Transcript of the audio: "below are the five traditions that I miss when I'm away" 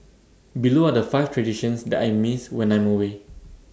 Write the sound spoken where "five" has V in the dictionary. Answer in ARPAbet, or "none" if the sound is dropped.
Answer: F